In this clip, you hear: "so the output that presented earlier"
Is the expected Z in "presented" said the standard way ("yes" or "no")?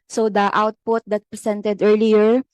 no